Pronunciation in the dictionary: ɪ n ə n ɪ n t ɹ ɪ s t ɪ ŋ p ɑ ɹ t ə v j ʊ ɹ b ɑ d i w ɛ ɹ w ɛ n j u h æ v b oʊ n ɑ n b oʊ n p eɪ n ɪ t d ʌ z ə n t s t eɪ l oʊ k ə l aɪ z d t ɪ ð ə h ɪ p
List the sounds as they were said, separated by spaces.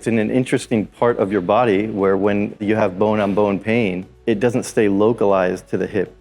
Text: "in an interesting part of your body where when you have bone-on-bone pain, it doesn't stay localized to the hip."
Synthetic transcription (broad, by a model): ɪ n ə n ɪ n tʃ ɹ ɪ s t ɪ ŋ p ɑ ɹ t ə v j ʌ ɹ b ɑ d i w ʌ ɹ w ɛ n j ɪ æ v b oʊ n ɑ n b oʊ n p eɪ n ɪ t d ʌ z ə n t s t eɪ l oʊ k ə l aɪ z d t ɪ ð ə h ɪ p